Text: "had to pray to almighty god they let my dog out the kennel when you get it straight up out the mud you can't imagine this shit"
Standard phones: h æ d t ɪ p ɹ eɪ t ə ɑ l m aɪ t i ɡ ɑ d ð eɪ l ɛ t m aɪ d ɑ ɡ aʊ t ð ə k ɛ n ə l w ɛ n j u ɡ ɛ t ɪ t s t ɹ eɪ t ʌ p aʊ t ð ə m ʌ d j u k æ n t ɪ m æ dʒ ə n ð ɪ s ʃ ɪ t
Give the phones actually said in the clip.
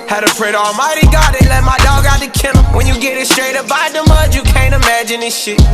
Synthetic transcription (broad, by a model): h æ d t ɪ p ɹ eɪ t ɑ l m aɪ t i ɡ ɑ d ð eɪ l ɛ t m aɪ d ɑ ɡ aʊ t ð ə k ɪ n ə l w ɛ n j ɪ ɡ ɛ t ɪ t s t ɹ eɪ t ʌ b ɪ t ð ə m ʌ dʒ j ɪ k æ n t ɪ m æ dʒ ə n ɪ ʃ ʃ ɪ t